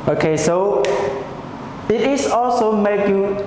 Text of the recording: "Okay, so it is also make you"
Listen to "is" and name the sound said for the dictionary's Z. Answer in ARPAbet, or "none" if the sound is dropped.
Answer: S